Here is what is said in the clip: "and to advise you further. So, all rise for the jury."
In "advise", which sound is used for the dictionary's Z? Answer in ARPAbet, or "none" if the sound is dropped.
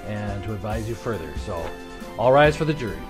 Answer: Z